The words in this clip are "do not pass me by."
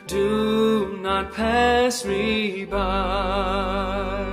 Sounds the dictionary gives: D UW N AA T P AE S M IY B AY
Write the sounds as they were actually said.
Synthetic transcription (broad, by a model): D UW N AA T P AE S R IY B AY